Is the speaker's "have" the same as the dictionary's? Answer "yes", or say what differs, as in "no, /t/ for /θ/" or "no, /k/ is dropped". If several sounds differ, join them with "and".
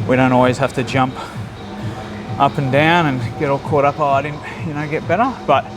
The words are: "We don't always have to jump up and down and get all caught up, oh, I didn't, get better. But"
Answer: no, /f/ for /v/